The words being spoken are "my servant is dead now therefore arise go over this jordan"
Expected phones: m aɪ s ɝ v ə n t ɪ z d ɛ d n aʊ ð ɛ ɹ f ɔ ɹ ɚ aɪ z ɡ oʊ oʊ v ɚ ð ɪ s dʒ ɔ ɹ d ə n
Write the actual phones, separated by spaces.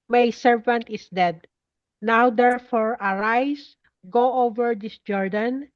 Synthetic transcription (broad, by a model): m aɪ s ɝ v ə n t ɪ s d ɛ d n aʊ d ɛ ɹ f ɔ ɹ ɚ aɪ s ɡ oʊ oʊ v ɚ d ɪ s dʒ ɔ ɹ d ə n